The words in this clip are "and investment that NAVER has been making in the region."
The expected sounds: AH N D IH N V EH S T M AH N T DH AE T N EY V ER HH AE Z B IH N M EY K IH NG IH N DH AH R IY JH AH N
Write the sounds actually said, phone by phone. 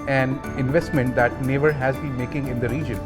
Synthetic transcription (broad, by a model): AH N IH N V EH S T M AH N T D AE T N EY V ER HH AE Z B IH N M EY K IH NG IH N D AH R IY JH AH N